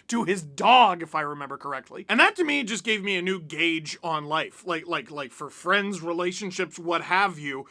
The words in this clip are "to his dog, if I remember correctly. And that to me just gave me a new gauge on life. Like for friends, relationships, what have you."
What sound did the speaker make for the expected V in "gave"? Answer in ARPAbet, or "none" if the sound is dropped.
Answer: V